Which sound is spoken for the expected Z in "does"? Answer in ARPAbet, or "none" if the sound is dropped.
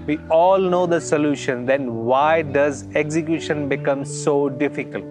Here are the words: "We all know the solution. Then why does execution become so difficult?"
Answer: Z